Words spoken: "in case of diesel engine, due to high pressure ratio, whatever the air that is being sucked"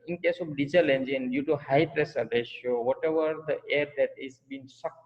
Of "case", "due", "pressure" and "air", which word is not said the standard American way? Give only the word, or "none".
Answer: pressure